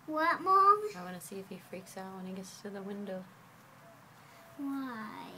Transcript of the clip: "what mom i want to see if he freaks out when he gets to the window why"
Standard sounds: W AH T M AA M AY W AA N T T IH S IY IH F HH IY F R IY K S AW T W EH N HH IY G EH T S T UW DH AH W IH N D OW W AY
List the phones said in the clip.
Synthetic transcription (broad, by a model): W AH T M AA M AY W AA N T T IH S IY IH F HH IY F R IY K S AW T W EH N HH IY G EH T S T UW DH AH W IH N D OW W AY